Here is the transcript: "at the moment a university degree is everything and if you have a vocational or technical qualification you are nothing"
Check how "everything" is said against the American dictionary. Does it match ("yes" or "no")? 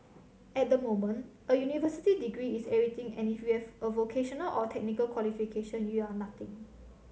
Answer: no